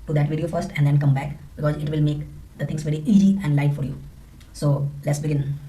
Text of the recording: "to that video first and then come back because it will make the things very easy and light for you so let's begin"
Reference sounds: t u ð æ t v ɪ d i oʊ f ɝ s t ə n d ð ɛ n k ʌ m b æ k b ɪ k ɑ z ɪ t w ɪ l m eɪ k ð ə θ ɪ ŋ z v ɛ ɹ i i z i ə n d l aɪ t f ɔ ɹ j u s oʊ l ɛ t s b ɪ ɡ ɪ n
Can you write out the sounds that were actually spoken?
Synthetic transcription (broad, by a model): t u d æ t v ɪ d i oʊ f ɝ s t ə n d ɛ n k ʌ m b æ k b ɪ k ɑ z ɪ t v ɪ l m eɪ k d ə t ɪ ŋ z v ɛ ɹ i i z i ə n d l aɪ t f ɔ ɹ j u s oʊ l ɛ t s b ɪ ɡ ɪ n